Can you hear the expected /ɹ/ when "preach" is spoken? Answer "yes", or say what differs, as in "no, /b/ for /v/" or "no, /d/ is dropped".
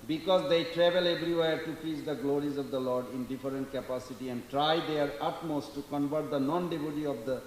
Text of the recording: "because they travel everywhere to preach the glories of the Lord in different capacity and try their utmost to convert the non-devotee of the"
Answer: no, /ɹ/ is dropped